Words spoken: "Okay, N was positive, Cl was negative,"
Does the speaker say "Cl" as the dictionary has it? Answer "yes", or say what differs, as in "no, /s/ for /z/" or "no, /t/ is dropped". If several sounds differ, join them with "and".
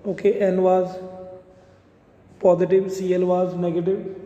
yes